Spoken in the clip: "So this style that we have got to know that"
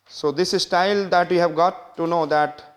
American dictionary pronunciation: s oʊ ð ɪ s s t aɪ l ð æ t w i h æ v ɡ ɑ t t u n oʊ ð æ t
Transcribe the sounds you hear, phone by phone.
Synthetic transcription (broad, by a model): s oʊ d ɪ s s t aɪ l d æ t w i h æ v ɡ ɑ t t u n oʊ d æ t